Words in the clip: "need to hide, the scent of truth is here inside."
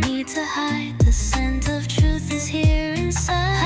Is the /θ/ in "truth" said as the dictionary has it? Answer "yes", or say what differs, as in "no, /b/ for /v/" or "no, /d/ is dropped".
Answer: yes